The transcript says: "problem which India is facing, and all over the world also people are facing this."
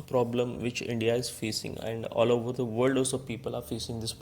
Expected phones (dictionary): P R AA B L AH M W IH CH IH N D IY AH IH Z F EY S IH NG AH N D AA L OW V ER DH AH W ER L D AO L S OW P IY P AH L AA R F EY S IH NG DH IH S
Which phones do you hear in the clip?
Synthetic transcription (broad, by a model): P R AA B L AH M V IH CH IH N D IY AH IH Z F EY S IH NG AH N D AA L OW V ER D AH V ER L D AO S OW P IY P AH L AA R F EY S IH NG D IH S